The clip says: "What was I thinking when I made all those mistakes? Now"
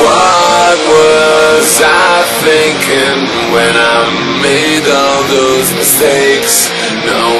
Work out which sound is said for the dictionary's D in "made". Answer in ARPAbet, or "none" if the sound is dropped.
D